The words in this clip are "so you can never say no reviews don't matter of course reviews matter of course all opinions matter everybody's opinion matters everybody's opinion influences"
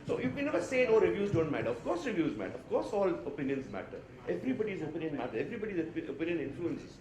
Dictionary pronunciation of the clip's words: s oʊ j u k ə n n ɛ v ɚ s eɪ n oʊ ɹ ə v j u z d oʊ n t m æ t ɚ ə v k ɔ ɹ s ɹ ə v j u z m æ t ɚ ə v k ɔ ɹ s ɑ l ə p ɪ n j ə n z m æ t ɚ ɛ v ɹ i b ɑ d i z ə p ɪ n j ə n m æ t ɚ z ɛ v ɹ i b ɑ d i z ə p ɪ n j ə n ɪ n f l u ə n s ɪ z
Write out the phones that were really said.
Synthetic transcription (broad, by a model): s oʊ j u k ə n n ɛ v ɚ s eɪ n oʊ ɹ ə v j u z d oʊ n t m æ t ɚ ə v k ɔ ɹ s ɹ ə v j u z m æ t ɚ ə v k ɔ ɹ s ɑ l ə p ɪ n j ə n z m æ t ɚ ɛ v ɹ i b ɑ d i z ə p ɪ n j ə n m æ t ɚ ɛ v ɹ i b ɑ d i z ə p ɪ n j ə n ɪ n f l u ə n s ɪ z